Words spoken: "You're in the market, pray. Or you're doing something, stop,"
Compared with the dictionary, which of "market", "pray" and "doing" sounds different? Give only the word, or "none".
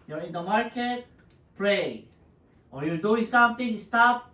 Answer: none